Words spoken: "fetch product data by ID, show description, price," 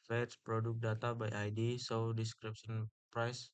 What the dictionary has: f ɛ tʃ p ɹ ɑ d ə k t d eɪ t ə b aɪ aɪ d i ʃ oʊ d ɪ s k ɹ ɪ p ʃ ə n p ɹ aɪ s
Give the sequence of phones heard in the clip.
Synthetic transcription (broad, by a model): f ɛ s p ɹ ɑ d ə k d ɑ t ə b aɪ aɪ d i s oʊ d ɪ s k ɹ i p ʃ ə n p ɹ aɪ s